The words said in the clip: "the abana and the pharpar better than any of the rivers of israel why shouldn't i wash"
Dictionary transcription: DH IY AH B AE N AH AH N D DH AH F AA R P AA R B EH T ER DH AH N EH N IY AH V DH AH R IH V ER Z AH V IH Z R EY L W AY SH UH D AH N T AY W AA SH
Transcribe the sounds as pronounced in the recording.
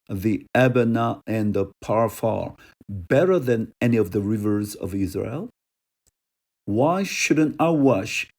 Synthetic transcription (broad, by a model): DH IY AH B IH N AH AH N DH AH P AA R F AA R B EH T ER DH AH N EH N IY AH V DH AH R IH V ER Z AH V IH Z R EY L W AY SH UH D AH N T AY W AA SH